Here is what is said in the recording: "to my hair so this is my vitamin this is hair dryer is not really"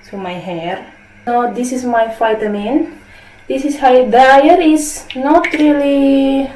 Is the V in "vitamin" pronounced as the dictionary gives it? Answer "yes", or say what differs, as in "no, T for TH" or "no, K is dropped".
no, F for V